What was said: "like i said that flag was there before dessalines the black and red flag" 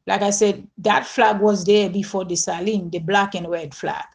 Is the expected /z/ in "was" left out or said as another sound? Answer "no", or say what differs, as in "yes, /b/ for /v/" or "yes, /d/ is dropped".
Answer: no